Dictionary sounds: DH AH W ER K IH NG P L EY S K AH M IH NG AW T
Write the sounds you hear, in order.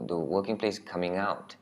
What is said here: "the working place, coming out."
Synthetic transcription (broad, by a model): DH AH W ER K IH NG P L EY S K AH M IH NG AW T